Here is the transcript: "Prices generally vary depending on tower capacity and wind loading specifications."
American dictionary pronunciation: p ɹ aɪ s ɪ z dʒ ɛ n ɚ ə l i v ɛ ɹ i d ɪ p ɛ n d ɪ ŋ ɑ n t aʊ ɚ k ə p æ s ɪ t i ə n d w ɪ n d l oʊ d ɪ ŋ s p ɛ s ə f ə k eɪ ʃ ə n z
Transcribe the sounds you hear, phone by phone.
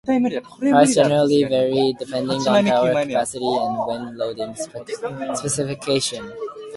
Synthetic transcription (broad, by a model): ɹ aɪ ɪ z dʒ ɛ n ɚ ə l i v ɛ ɹ i d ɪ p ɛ n d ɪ ŋ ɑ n aʊ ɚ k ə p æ s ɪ t i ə n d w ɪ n l oʊ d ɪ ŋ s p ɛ s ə f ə k eɪ ʃ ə n